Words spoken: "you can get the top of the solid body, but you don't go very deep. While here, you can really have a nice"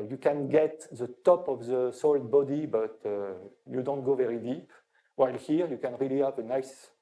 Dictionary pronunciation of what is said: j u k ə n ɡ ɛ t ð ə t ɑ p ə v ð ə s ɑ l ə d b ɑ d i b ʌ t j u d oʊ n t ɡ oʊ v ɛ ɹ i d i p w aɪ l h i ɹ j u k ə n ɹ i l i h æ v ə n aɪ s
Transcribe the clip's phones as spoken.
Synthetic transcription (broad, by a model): j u k ə n ɡ ɛ t ð ə t ɑ p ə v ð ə s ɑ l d b ɑ d i b ʌ t j u d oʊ n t ɡ oʊ v ɛ ɹ i d i p w aɪ l h i ɹ j u k ə n ɹ i l i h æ v ə n aɪ s